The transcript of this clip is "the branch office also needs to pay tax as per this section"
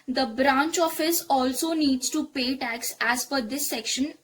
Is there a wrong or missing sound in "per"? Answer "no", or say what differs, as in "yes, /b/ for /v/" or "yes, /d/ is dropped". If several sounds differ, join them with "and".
yes, /f/ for /p/